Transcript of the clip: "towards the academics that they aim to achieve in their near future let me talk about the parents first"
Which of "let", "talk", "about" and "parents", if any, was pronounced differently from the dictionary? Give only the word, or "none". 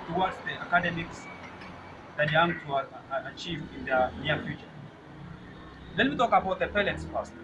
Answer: parents